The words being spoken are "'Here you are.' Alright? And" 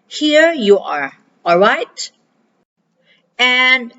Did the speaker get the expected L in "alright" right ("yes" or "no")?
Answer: yes